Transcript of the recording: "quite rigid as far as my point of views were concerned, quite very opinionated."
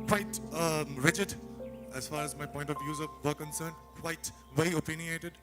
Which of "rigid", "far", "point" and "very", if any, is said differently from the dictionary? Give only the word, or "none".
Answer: very